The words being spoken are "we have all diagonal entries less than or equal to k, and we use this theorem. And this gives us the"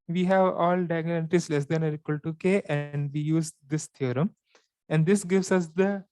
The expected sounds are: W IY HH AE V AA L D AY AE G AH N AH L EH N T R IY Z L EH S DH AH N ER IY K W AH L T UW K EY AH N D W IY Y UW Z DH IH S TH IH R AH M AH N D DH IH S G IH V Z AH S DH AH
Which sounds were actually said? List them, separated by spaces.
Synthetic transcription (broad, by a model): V IY HH AE V AA L D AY G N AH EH T IY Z L EH S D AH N ER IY K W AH L T UW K EY AH N D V IY Y UW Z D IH S T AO R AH M AH N D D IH S G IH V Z AH S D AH